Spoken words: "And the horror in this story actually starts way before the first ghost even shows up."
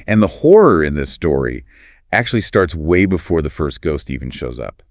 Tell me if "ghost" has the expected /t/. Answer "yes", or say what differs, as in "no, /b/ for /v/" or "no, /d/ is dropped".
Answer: yes